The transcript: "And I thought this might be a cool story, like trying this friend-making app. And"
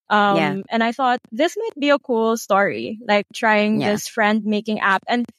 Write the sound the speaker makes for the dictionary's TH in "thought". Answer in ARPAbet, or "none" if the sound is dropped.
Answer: TH